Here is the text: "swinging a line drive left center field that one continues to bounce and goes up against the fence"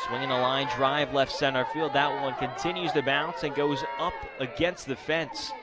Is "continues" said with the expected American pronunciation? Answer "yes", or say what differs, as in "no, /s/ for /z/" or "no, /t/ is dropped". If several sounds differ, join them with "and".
yes